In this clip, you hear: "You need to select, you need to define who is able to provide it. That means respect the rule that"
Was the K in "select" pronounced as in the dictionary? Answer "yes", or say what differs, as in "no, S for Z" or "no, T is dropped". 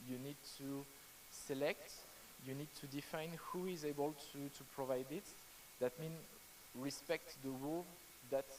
yes